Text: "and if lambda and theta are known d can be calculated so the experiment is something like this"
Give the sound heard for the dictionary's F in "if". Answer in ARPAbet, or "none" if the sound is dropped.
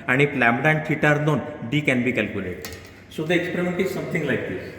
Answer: P